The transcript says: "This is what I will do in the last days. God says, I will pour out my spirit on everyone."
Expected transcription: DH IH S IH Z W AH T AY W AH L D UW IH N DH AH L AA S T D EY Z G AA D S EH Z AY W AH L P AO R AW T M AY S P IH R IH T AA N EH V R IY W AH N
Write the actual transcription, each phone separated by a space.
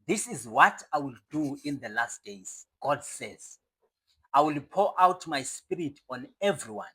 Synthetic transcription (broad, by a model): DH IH S IH Z W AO T AY W AH L D UW IH N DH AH L AA S T D EY Z G AA D S EH Z AY W AH L P AO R AW T M AY S P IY R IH T AA N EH V R IY W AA N